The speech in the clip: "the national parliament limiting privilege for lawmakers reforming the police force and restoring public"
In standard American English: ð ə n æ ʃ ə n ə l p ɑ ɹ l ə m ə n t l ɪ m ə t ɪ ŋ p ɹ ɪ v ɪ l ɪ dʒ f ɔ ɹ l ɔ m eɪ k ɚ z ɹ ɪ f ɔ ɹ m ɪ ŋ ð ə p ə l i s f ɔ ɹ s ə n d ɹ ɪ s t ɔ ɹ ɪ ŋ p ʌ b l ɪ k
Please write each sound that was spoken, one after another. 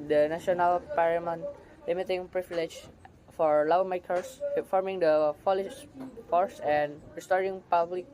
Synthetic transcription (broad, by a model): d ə n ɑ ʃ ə n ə l p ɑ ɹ ə m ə n l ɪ m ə t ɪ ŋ p ɹ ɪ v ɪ l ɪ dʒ f ɔ ɹ l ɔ m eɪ k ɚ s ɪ f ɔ ɹ m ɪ ŋ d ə f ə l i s f ɔ ɹ s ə n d ɹ ɪ s t ɔ ɹ ɪ ŋ p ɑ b l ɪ k